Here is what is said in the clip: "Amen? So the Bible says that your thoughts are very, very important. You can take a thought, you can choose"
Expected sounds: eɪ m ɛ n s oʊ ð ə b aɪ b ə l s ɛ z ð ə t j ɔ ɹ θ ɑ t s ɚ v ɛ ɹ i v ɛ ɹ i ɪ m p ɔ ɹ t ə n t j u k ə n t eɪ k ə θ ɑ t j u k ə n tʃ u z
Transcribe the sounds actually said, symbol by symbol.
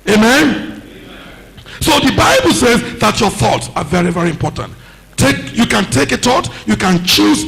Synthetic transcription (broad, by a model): eɪ m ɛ n s oʊ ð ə b aɪ b ə l s ɛ z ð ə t j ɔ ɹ θ ɑ t s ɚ v ɛ ɹ i v ɛ ɹ i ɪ m p ɔ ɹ t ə n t j u k ə n t eɪ k ə t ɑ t j u k ə n tʃ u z